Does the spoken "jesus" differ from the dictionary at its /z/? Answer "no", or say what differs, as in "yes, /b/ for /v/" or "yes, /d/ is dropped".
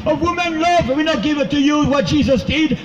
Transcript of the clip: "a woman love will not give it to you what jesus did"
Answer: no